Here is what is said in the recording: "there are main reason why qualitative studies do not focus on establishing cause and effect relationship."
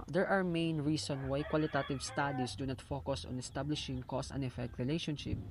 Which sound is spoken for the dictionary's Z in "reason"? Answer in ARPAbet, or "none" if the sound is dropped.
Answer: S